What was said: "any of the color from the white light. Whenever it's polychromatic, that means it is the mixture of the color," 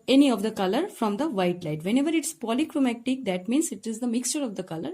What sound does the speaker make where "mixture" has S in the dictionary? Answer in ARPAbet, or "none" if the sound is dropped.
S